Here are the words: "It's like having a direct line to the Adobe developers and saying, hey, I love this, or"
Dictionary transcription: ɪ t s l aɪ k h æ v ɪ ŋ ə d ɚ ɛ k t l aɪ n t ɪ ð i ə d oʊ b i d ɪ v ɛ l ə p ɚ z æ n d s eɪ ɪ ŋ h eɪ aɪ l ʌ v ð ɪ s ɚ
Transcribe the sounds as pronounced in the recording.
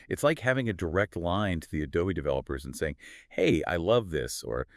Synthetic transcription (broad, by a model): ɪ t s l aɪ k h æ v ɪ ŋ ə d ɚ ɛ k t l aɪ n t ɪ ð i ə d oʊ i d ɪ v ɛ l ə p ɚ z n s eɪ ɪ ŋ h eɪ aɪ l ʌ v ð ɪ s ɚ